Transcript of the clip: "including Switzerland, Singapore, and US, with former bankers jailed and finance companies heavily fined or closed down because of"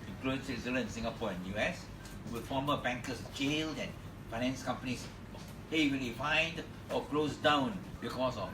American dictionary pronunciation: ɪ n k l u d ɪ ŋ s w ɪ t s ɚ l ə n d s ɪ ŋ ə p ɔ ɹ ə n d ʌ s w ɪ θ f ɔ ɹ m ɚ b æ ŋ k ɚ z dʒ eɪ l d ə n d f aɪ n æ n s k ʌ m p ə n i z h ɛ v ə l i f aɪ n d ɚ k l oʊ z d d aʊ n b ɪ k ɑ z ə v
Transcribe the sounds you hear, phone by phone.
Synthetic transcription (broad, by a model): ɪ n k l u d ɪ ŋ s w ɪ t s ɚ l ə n s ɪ ŋ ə p ɔ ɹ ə n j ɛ s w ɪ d f ɔ m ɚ b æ ŋ k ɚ s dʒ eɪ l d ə n f aɪ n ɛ n s k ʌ m p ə n i s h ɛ w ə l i f aɪ n d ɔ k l oʊ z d d aʊ n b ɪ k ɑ s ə